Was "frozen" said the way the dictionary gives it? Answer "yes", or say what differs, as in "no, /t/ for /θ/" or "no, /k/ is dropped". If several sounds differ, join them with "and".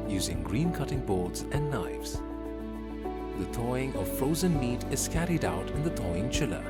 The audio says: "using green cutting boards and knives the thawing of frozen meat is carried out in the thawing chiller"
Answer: yes